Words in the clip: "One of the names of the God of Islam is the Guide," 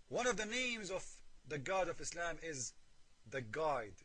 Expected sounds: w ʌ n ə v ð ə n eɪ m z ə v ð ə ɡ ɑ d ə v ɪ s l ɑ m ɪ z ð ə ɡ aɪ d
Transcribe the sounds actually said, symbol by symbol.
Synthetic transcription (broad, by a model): w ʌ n ə v ð ə n eɪ m z ə v ð ə ɡ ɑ d ə v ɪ s l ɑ m ɪ z ð ə ɡ aɪ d